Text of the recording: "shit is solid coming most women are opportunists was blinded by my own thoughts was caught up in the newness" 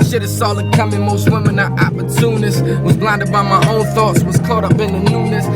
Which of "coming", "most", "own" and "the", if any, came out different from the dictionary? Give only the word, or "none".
own